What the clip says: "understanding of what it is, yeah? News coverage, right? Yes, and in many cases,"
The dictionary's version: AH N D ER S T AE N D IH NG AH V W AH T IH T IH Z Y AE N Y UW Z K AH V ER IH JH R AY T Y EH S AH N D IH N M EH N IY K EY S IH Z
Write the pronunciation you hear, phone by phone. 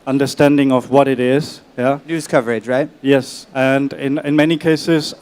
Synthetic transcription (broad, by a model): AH N D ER S T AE N D IH NG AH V W AH T IH T IH Z Y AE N Y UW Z K AH V ER IH JH R AY T Y EH S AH N D IH N M EH N IY K EY S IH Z